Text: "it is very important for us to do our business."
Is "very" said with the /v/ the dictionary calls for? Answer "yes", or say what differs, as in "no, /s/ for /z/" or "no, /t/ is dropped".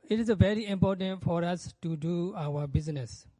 yes